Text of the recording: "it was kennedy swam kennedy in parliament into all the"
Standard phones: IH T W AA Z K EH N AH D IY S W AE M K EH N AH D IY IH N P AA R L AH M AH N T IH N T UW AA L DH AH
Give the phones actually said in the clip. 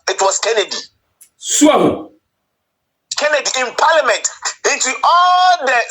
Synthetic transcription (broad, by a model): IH T W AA S K EH N AH D IY S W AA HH K EH N AH D IY IH N P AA L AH M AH N T IH N T UW AA L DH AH